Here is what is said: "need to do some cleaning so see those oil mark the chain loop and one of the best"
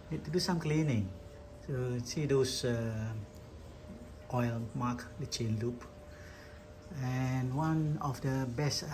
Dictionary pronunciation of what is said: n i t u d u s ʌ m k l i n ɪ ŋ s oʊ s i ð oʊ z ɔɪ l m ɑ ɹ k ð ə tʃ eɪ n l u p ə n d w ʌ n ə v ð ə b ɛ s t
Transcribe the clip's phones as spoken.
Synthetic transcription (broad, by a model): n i t u d u s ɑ m k l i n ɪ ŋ s oʊ s i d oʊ s ɔɪ l m ɑ k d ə tʃ eɪ n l u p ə n w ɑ n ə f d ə b ɛ s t